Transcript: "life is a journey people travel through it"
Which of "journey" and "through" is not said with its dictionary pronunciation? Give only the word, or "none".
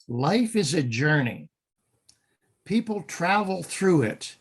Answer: none